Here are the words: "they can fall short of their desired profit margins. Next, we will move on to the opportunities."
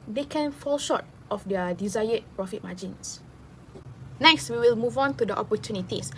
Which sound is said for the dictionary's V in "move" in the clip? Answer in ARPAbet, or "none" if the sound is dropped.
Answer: V